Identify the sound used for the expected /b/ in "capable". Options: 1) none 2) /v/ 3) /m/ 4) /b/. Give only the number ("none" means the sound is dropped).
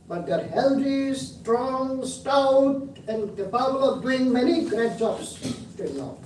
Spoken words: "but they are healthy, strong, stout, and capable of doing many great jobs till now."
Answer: 1